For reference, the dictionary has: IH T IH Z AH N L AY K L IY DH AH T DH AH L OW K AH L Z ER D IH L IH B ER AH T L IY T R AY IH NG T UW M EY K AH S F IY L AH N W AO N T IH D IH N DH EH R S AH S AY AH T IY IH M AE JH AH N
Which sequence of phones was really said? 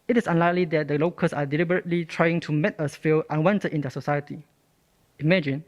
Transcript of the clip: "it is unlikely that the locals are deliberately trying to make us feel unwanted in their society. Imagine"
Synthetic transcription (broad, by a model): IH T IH S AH N L AY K L IY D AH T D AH L OW K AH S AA D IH L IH B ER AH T L IY T R AY IH NG T UW M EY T AH S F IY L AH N W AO N T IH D IH N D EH S AH S AY AH T IY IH M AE JH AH N